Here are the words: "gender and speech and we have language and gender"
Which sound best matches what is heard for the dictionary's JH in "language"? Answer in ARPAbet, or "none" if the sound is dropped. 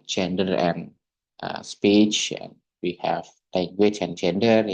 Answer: CH